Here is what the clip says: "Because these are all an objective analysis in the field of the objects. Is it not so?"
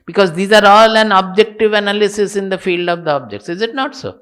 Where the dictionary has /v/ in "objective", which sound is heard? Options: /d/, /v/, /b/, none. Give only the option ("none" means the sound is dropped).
/v/